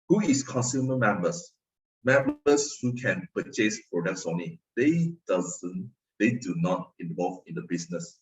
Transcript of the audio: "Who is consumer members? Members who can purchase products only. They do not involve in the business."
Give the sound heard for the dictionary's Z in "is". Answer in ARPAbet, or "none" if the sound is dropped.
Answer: S